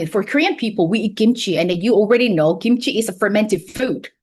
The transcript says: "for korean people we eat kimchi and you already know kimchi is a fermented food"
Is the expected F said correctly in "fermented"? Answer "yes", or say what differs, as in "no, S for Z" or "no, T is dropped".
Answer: yes